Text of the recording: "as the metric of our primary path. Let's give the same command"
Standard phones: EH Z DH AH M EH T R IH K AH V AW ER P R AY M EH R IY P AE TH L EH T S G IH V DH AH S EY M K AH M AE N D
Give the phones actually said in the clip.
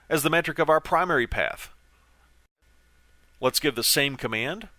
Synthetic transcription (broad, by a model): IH Z DH AH M EH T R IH K AH V AW ER P R AY M EH R IY P AE TH L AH T S G IH V DH AH S EY M K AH M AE N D